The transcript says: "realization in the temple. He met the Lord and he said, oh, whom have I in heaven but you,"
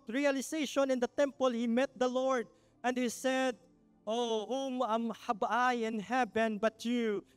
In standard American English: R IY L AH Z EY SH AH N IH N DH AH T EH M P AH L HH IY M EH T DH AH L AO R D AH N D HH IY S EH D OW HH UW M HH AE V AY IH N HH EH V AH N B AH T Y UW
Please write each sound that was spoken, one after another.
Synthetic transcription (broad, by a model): R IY L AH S EY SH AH N IH N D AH T EH M P AH L HH IY M EH T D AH L AO R D AH N D HH IY S EH D OW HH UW M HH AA B AY IH N HH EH B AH N B AH T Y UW